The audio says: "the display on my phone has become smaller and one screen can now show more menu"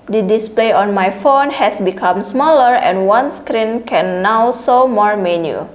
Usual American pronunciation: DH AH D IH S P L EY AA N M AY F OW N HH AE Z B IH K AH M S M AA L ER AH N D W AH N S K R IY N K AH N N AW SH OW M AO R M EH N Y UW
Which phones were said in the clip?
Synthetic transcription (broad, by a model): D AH D IH S P L EY AA N M AY F OW N HH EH S B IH K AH M S M AA L ER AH N W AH N S K R IY N K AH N N AW S OW M AO R M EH N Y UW